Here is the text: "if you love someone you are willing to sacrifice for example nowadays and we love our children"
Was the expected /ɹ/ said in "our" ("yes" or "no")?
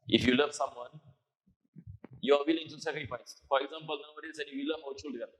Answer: no